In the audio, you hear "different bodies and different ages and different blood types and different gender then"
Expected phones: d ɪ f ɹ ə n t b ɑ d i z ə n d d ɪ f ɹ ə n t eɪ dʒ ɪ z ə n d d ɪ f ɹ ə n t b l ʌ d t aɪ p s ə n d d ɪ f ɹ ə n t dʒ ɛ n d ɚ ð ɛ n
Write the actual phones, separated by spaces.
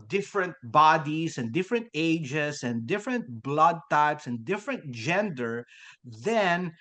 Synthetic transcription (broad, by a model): d ɪ f ɹ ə n t b ɑ d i s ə n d d ɪ f ɹ ə n t eɪ dʒ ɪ s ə n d d ɪ f ɹ ə n t b l ʌ d t aɪ p s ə n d d ɪ f ɹ ə n t dʒ ɛ n d ɚ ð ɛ n